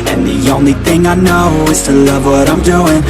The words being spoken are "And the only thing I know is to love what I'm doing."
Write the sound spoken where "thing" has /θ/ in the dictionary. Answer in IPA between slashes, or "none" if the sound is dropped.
/θ/